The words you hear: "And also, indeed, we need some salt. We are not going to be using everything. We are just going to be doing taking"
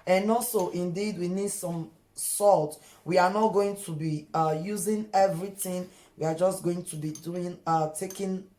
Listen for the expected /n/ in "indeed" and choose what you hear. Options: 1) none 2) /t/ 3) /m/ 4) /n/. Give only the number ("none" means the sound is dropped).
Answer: 4